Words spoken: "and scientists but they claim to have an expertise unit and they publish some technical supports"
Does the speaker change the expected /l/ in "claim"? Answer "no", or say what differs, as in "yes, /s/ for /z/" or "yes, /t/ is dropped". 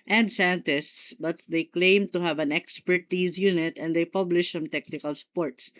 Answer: no